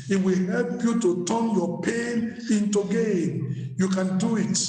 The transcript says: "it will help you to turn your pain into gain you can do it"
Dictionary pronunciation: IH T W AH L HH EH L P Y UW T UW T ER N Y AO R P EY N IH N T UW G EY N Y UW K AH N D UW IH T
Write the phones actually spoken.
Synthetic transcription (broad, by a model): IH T W AH L HH EH L P Y UW T UW T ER N Y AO P EY N IH N T UW G EY N Y UW K AH N D UW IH T